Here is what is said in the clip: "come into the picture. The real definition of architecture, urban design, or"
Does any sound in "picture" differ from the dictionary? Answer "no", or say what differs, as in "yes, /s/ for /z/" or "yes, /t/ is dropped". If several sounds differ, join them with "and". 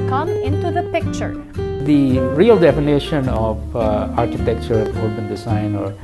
no